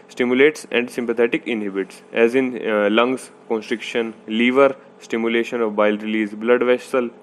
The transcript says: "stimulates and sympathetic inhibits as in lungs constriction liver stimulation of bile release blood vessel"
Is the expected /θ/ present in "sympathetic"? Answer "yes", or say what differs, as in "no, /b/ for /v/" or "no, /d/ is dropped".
no, /t/ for /θ/